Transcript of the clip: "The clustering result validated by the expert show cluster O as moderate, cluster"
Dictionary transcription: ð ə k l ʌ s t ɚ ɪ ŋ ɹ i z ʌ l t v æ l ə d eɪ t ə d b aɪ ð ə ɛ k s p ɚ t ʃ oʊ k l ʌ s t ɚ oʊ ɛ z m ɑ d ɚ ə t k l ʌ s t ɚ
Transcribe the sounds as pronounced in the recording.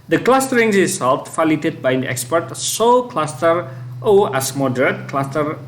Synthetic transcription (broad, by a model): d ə k l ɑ s t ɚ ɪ ŋ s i s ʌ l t f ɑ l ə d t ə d b aɪ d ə ɛ k s p ɚ t s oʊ k l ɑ s t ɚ oʊ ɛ s m ɑ d ɚ ə t k l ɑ s t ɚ